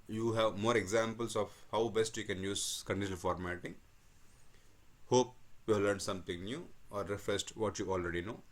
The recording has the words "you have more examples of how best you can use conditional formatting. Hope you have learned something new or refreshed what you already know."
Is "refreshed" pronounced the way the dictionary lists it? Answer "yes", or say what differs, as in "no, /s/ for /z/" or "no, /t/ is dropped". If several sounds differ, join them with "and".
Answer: no, /s/ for /ʃ/